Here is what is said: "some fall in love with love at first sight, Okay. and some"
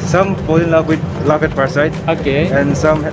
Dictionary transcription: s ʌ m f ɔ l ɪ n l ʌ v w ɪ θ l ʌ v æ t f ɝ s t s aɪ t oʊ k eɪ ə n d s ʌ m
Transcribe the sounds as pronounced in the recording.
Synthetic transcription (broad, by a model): s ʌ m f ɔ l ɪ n l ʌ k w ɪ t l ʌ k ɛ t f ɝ t s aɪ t oʊ k eɪ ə n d s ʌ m